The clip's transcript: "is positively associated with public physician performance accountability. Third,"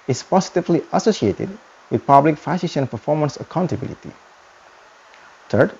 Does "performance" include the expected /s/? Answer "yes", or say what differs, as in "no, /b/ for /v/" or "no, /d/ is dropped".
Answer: yes